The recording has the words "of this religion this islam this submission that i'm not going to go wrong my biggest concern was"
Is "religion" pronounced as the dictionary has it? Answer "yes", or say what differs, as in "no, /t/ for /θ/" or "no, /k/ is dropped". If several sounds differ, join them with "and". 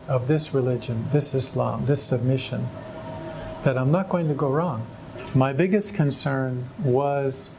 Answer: yes